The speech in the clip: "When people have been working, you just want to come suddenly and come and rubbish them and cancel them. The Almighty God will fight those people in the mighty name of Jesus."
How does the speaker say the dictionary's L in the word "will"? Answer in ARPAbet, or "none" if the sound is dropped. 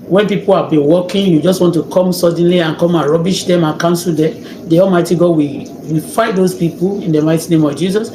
W